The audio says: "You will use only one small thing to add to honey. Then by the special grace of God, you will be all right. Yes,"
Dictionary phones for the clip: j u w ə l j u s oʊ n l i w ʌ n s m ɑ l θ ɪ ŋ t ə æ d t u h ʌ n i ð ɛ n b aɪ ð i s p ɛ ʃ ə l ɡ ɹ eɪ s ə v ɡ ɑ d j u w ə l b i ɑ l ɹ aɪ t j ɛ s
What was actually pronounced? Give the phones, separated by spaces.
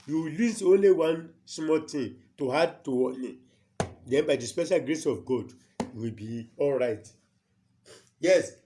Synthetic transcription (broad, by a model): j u w ə l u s oʊ n l i w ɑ n s m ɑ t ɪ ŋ t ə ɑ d t u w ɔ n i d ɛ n b aɪ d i s p ɛ ʃ ə l ɡ ɹ eɪ s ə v ɡ ɑ d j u w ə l b i ɑ l ɹ aɪ t j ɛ s